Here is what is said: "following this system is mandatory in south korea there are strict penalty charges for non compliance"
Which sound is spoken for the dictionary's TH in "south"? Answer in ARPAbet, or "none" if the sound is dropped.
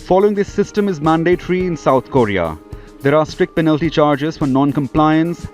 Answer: T